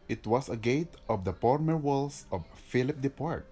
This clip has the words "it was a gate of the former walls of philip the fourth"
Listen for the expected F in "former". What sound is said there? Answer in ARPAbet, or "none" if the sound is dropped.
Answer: P